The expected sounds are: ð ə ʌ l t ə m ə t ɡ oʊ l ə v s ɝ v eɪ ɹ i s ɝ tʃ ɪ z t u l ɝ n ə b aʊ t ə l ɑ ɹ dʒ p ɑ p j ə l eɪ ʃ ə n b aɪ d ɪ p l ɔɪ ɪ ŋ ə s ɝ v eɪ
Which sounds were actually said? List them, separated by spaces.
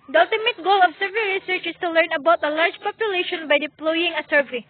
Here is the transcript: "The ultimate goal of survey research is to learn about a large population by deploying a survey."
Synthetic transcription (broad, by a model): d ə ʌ l t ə m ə t ɡ oʊ l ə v s ɝ v eɪ ɹ i s ɝ tʃ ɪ s t u l ɝ n ə b aʊ t ə l ɑ ɹ dʒ p ɑ p j ə l eɪ ʃ ə n b aɪ d ɪ p l ɔɪ ɪ ŋ ə s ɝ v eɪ